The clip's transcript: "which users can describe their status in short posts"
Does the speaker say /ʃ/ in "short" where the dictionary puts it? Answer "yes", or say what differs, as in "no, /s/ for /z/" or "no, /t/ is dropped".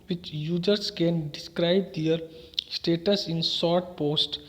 no, /s/ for /ʃ/